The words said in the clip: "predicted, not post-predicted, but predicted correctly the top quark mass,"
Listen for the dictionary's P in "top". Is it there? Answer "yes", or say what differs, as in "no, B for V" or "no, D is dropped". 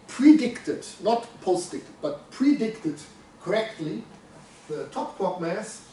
yes